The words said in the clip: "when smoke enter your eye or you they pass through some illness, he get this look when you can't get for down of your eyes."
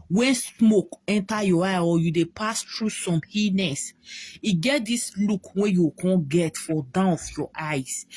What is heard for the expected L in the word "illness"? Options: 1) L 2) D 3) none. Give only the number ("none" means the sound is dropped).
3